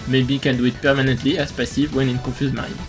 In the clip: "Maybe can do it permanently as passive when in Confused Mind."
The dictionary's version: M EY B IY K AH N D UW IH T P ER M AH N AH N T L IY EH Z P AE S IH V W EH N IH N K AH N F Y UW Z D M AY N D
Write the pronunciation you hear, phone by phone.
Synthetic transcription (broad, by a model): M EY B IY K AH N D UW IH T P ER M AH N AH N T L IY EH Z P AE S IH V W EH N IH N K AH F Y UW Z M AY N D